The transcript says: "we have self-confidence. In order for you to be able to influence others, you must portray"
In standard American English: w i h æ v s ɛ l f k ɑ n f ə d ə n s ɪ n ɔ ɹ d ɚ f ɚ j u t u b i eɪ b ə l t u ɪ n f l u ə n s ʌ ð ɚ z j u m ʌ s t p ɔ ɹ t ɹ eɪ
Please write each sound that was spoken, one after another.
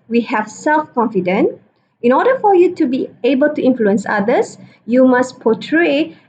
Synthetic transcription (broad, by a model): w i h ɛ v s ɛ l f k ɑ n f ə d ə n ɪ n ɔ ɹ d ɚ f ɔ j u t u b i eɪ b ə l t u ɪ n f l u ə n s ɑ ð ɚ s j u m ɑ s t p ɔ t ɹ eɪ